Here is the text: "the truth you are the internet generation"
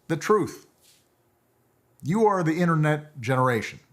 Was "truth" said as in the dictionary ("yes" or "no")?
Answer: yes